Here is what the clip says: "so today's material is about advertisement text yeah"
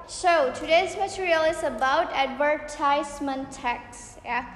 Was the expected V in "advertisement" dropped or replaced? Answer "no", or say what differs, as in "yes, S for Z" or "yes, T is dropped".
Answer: yes, W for V